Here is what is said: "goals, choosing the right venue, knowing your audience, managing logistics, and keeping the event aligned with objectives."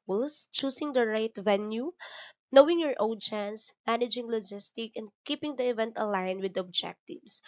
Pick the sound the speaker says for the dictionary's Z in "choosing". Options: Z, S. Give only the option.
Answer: S